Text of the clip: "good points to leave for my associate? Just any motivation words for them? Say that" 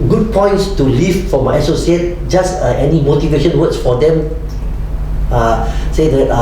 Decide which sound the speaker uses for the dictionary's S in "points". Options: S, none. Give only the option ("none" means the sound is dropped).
S